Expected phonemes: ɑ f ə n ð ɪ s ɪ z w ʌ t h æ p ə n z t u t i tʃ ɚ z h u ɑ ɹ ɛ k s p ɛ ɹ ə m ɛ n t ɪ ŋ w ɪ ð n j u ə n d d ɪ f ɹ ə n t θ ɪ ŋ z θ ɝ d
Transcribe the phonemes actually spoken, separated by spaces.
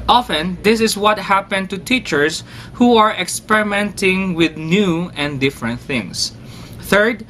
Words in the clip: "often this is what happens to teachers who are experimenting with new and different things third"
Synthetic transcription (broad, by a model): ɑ f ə n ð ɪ s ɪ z w ʌ t h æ p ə n t u t i tʃ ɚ s h u ɑ ɹ ɛ k s p ɛ ɹ ə m ɛ n t ɪ ŋ w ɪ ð n j u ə n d d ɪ f ɹ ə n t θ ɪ ŋ s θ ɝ d